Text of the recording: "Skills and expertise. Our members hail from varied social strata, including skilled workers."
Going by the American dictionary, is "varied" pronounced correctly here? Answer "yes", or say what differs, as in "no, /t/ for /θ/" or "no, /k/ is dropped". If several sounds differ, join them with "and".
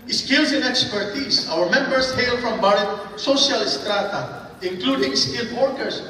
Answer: no, /b/ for /v/